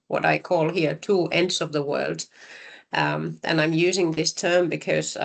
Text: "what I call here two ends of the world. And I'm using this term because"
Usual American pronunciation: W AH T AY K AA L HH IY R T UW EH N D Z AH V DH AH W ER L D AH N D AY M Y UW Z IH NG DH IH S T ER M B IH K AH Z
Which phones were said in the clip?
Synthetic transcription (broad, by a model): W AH T AY K AA L HH IY R T UW EH N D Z AH V DH AH W ER L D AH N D AY M Y UW Z IH NG DH IH S T ER M B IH K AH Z